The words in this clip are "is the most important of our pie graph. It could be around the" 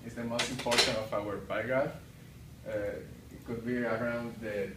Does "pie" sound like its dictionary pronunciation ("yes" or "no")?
no